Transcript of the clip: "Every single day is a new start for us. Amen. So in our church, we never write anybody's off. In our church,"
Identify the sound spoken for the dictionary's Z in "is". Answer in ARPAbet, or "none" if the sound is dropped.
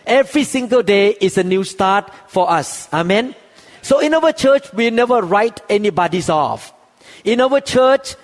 S